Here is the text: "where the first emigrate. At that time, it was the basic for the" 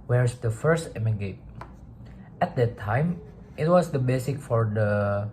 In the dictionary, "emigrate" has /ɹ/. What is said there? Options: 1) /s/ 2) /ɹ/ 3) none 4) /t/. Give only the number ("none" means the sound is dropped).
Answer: 3